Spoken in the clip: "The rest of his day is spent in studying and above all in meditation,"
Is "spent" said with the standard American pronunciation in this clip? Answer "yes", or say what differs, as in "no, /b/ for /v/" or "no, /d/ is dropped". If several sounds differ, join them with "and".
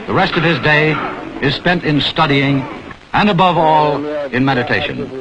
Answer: yes